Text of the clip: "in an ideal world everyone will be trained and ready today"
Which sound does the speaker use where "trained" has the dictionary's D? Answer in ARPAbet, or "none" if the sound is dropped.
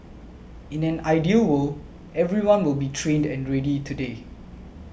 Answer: D